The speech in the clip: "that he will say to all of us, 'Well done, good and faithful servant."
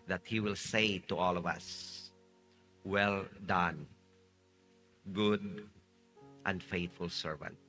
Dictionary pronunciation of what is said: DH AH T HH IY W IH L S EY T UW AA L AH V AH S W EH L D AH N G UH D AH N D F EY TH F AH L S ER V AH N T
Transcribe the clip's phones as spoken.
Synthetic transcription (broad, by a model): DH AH T HH IY W IH L S EY T UW AA L AH V AH S W EH L D AH N G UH D AH N D F EY T F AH L S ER V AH N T